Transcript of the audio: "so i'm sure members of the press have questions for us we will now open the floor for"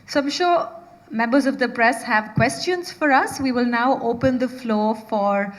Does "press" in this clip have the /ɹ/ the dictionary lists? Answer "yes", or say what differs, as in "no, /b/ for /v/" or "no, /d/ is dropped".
yes